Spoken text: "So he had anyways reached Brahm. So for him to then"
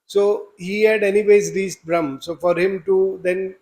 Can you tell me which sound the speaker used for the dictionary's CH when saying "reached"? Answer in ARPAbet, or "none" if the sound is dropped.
S